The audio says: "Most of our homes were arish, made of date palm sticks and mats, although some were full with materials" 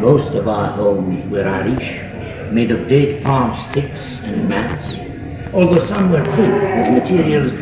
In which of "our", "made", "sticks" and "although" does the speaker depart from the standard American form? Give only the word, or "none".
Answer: none